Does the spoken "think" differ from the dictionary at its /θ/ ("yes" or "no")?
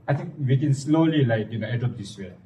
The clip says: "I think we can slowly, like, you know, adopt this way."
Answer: yes